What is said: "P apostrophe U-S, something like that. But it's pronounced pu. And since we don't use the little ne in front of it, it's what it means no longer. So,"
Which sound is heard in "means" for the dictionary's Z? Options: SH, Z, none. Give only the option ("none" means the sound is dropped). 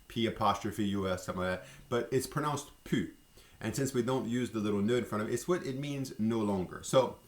Z